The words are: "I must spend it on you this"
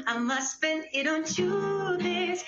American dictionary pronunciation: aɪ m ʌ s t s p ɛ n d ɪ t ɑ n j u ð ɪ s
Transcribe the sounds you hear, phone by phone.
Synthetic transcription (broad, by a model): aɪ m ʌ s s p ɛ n ɪ t ɑ n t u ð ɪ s